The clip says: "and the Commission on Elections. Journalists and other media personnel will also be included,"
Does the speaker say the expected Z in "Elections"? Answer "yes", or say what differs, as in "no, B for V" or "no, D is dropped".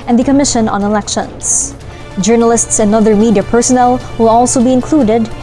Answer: no, S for Z